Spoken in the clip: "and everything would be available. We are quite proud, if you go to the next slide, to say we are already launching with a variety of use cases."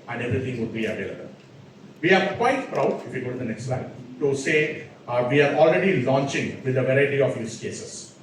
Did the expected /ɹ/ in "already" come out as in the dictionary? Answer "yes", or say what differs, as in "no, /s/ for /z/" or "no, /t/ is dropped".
yes